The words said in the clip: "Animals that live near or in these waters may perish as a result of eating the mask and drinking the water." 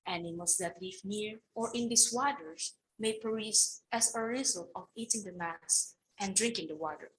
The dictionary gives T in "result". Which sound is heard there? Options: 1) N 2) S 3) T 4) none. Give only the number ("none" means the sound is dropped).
4